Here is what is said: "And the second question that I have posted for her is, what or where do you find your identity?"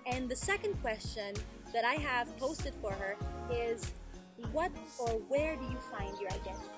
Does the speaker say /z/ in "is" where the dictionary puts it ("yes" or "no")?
yes